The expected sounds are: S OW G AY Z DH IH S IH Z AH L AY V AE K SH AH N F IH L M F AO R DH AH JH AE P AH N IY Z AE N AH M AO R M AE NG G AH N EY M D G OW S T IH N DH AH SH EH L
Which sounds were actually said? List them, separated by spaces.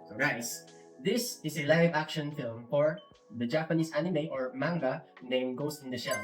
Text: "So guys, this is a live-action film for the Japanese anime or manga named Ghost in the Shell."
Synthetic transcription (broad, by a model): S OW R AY S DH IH S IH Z AH L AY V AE K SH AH N F IH L M F AO R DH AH JH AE P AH N IY S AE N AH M AO R M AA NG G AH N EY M G OW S IH N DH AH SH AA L